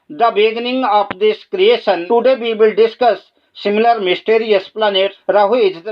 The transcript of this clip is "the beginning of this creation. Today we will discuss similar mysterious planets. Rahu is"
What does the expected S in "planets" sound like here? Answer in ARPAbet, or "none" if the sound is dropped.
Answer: none